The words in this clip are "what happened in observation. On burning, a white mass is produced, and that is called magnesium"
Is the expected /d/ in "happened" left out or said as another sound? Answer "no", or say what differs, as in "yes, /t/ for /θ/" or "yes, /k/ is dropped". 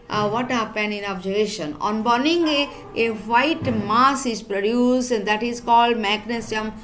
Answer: yes, /d/ is dropped